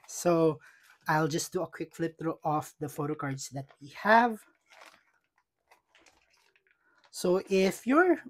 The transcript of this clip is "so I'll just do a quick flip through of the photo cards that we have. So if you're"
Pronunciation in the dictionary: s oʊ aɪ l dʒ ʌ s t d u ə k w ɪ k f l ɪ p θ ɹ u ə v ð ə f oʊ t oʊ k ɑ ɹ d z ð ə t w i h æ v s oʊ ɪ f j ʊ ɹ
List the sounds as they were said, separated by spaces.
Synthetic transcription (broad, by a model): s oʊ aɪ l dʒ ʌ s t d u ə k w ɪ k f l ɪ p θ ɹ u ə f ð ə f oʊ t oʊ k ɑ ɹ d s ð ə t w i h æ v s oʊ ɪ f j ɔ ɹ